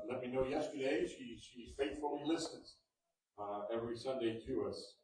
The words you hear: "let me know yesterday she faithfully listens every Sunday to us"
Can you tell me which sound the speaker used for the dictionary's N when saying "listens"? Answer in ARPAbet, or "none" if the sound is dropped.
none